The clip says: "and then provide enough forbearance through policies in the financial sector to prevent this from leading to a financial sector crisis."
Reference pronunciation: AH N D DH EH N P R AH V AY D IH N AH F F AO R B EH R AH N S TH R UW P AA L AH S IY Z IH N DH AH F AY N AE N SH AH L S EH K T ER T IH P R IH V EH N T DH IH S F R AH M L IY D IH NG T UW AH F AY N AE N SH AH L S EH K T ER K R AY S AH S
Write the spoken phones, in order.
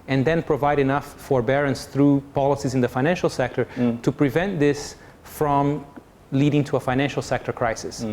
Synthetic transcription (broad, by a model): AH N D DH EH N P R AH V AY D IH N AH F F AO R B EH R AH N S TH R UW P AA L AH S IY Z IH N DH AH F AY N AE N SH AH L S EH K T ER T IH P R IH V EH N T DH IH S F R AH M L IY D IH NG T UW AH F AY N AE N SH L S EH K T ER K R AY S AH S